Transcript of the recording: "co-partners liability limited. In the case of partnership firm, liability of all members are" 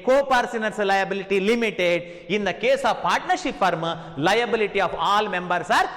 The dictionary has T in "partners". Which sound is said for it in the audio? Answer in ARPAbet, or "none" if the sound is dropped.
S